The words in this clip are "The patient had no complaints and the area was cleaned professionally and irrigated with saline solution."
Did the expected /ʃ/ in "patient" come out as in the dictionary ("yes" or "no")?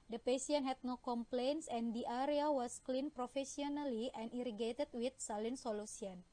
no